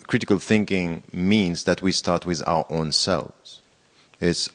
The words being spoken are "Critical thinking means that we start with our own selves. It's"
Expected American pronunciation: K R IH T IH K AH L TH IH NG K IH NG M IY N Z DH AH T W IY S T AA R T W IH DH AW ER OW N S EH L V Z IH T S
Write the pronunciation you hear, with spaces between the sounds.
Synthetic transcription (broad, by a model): K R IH T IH K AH L TH IH NG K IH NG M IY N Z DH AH T W IY S T AA R T W IH DH AW ER OW N S EH L V Z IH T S